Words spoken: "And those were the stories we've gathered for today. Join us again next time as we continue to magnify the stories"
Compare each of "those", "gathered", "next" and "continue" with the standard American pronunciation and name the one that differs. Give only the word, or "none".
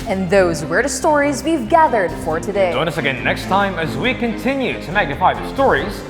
none